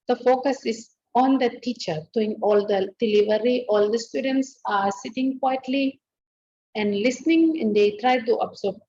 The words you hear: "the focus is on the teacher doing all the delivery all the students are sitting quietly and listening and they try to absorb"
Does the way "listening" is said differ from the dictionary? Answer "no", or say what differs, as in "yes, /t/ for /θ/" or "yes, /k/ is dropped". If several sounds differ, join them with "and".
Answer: no